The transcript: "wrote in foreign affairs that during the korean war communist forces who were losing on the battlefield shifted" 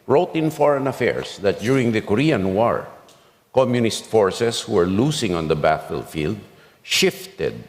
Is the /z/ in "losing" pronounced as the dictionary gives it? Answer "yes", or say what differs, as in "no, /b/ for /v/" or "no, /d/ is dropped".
no, /s/ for /z/